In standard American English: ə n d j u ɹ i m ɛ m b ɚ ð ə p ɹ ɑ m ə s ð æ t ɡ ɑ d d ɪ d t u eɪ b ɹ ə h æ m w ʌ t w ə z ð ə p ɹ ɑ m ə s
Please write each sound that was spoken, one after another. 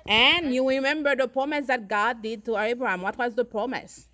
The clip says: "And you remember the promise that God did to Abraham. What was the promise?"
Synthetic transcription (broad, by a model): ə n j u ɹ i m ɛ m b ɚ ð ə p ɹ ɑ m ə s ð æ t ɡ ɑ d d ɪ d t u eɪ b ɹ ə h æ m w ʌ t w ə z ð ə p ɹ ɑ m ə s